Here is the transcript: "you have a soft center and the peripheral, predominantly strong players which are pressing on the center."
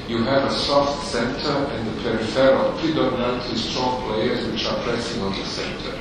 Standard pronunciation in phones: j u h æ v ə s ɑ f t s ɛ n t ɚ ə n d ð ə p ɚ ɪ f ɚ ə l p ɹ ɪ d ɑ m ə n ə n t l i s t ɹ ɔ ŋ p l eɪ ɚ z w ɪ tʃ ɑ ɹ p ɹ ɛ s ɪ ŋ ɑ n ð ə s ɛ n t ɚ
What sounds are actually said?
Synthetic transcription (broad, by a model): j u h æ v ə s ɑ f t s ɛ n t ɚ ə n d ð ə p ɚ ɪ f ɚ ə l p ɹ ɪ d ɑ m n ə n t i s t ɹ ɔ ŋ p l eɪ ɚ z w ɪ tʃ ɑ ɹ p ɹ ɛ s ɪ ŋ ɑ n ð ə s ɛ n t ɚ